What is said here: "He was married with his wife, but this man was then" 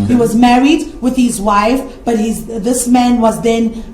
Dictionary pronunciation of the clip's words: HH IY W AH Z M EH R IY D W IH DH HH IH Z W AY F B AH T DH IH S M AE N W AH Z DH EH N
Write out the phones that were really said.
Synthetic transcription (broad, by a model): HH IY W AH Z M EH R IY D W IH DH HH IH Z W AY F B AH T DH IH S M AE N W AH Z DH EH N